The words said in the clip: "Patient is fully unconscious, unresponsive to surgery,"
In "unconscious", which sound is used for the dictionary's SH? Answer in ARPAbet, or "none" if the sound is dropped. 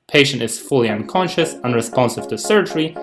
SH